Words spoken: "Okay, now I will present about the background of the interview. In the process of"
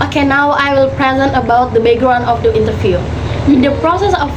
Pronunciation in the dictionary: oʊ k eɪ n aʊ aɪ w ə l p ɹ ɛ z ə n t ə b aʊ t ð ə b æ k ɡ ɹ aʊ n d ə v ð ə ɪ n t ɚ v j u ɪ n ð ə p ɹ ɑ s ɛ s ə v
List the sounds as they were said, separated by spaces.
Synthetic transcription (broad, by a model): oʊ k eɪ n aʊ aɪ w ə l p ɹ ɛ z ə n t ə b aʊ t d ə b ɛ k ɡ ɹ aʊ n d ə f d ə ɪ n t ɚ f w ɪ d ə p ɹ ɑ s ɛ s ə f